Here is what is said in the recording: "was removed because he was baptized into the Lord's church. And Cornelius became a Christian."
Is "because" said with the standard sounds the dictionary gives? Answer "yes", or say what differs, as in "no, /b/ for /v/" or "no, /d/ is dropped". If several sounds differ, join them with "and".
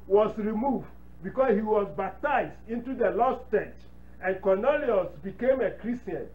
no, /s/ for /z/